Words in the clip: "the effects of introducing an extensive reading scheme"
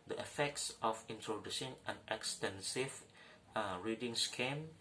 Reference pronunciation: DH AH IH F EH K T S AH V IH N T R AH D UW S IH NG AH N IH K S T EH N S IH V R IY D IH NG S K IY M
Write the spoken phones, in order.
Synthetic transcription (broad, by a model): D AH IH F EH K T S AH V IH N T AH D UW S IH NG AH N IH K S T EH N S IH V R IY D IH NG S K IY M